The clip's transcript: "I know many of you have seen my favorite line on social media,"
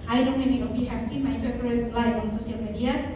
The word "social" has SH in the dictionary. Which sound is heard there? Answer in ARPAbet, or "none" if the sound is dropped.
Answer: S